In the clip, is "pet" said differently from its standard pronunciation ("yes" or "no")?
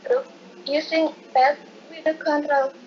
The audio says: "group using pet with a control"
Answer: yes